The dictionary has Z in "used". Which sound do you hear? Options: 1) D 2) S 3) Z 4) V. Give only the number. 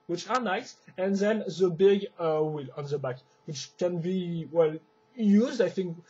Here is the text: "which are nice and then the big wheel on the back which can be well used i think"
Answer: 3